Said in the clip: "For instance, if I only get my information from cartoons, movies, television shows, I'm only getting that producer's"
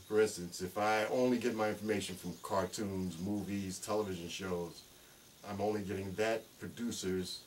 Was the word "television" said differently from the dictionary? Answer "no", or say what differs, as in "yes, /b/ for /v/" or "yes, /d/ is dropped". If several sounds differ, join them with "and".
no